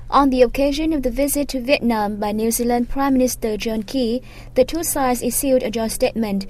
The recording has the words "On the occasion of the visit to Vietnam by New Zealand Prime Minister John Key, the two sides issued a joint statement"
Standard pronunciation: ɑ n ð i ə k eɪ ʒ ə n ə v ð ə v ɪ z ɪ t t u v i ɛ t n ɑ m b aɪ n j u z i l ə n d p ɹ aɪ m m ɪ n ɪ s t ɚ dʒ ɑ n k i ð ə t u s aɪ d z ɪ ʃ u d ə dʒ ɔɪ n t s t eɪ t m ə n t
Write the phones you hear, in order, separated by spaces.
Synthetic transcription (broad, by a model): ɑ n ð i ə k eɪ ʒ ə n ə v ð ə v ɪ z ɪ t t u v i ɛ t n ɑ m b aɪ n j u z i l ə n d p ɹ aɪ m m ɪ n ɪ s t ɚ dʒ ɑ n k i ð ə t u s aɪ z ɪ s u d ə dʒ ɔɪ s t eɪ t m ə n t